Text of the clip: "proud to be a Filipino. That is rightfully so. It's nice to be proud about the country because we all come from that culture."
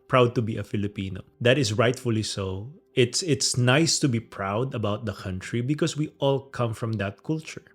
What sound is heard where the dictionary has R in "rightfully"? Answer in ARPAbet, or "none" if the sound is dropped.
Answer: R